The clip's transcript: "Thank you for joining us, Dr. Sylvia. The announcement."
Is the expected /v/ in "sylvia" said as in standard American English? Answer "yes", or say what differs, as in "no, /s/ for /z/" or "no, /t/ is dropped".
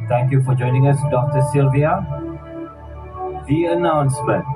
yes